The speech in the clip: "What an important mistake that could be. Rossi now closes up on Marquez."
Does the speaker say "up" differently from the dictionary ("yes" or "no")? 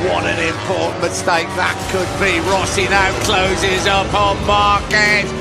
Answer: no